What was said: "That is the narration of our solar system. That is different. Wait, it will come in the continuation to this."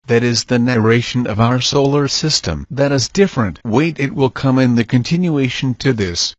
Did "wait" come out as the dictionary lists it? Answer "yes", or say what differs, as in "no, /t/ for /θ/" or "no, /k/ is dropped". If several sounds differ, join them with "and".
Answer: yes